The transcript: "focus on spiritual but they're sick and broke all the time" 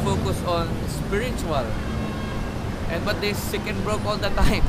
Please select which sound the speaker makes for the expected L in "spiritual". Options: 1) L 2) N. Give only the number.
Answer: 2